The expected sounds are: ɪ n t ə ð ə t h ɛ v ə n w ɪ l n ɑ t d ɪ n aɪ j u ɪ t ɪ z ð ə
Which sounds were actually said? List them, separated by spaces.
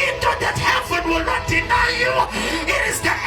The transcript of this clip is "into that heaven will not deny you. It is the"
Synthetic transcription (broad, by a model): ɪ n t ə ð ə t h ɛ b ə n w ɪ l n ɑ t d ɪ n aɪ j u ɪ t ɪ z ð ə